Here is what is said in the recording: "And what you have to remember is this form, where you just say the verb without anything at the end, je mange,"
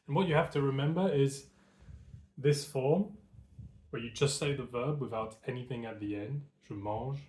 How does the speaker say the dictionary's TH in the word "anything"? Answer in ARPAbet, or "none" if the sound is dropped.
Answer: TH